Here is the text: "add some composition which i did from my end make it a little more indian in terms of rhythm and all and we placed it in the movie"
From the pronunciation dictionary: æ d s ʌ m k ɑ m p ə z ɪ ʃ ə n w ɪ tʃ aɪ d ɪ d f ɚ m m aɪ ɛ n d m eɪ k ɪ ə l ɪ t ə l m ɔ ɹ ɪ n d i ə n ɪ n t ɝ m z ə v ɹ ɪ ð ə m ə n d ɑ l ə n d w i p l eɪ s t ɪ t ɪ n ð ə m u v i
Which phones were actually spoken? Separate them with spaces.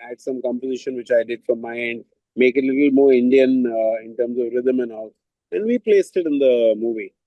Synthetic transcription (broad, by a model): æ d s ʌ m k ɑ m p ə z ɪ ʃ ə n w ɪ tʃ aɪ d ɪ d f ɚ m m aɪ ɛ n d m eɪ k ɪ ə l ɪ t l m ɔ ɹ ɪ n d i ə n ɪ n t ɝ m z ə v ɹ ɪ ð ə m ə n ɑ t ə n d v i p l eɪ s t ɪ t ɪ n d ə m u v i